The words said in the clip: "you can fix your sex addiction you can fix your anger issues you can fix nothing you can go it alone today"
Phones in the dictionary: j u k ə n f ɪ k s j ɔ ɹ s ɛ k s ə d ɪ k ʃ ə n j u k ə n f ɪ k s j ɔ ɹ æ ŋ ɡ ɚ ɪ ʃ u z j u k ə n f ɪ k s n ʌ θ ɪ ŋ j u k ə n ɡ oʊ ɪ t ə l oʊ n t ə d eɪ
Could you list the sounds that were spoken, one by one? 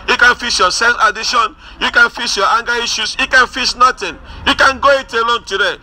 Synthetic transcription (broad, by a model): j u k ə n f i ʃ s j ɔ s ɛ s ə d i ʃ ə n j u k ə n f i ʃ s j ɔ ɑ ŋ ɡ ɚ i ʃ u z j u k ə n f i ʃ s n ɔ t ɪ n j u k ə n ɡ oʊ ɪ t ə l oʊ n t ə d eɪ